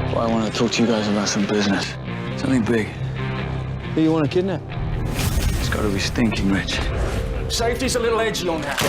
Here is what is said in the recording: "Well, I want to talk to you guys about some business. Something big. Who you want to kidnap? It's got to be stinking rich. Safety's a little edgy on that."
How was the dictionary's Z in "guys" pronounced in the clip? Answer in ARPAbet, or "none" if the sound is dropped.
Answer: Z